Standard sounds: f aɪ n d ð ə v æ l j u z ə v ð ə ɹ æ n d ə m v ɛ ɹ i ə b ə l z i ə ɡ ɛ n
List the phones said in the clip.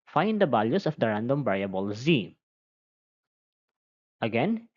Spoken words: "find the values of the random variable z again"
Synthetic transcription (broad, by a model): f aɪ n d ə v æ l j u s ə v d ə ɹ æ n d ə m b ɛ ɹ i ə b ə l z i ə ɡ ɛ n